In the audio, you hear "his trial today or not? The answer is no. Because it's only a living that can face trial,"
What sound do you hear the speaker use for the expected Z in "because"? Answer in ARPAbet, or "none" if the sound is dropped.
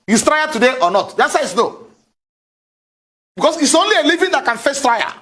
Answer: S